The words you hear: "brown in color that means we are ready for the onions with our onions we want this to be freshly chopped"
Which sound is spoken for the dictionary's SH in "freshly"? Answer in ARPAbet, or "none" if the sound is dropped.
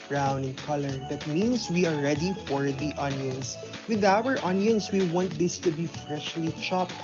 SH